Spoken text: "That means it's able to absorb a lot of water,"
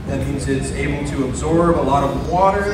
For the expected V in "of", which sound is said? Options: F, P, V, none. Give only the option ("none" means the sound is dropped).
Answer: V